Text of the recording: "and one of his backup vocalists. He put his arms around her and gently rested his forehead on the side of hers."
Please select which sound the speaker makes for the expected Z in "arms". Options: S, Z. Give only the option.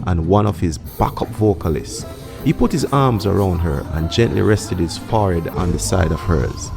Z